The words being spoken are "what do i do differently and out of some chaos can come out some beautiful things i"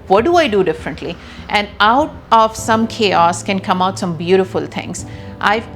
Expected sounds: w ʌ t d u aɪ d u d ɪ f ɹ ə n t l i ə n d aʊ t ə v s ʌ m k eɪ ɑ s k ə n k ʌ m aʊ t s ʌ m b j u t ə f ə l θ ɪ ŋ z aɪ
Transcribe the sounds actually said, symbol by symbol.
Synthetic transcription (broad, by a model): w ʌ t d u aɪ d u d ɪ f ɹ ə n t l i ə n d aʊ t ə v s ʌ m k eɪ ɑ s k ə n k ʌ m aʊ t s ʌ m b j u t ə f ə l t ɪ ŋ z aɪ